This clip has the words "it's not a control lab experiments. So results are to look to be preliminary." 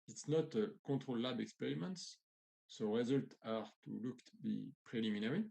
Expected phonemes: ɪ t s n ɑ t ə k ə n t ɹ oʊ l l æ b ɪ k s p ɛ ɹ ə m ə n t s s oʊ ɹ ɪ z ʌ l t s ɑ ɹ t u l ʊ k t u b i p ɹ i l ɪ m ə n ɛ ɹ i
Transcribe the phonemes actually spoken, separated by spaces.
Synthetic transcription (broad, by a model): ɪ t s n ɑ t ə k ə t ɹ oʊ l l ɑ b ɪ k s p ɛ ɹ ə m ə n t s s oʊ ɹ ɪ z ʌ l t ɑ ɹ t u l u k t u b i p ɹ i l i m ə n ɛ ɹ i